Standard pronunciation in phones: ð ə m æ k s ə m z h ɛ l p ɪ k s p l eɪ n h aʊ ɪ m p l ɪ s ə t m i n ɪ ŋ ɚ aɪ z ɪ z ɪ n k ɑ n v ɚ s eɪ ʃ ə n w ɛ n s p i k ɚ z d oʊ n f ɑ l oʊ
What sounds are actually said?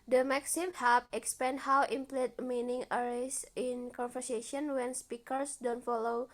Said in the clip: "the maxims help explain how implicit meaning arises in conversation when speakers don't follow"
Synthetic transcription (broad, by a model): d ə m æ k s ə m h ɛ p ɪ k s p l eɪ n h aʊ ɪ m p l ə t m i n ɪ ŋ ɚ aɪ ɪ s ɪ n k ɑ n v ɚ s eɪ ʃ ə n w ɛ n s p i k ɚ s d oʊ n f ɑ l oʊ